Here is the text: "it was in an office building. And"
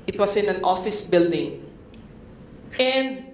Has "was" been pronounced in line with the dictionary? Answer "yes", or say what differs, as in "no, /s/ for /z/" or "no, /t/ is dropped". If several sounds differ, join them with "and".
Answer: no, /s/ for /z/